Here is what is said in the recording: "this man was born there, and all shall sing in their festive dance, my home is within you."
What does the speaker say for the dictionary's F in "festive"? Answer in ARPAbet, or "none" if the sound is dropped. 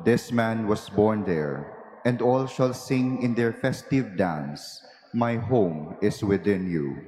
F